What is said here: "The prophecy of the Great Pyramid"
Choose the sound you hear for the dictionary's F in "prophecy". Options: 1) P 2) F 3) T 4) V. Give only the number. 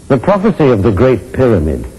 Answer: 2